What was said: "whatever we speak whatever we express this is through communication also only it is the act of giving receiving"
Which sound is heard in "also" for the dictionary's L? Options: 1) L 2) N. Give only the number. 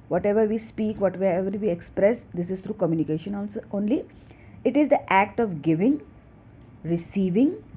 2